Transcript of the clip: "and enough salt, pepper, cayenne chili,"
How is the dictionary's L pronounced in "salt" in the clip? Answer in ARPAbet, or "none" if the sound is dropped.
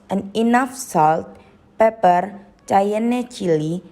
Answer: L